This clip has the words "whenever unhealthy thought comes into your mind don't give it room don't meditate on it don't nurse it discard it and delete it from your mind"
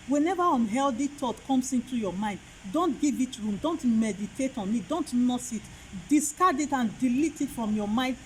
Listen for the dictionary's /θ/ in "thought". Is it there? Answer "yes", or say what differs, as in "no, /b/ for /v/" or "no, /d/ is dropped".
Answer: no, /t/ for /θ/